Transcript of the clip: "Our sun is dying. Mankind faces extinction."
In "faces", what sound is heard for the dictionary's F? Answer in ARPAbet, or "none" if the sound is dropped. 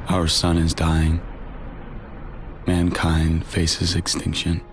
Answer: F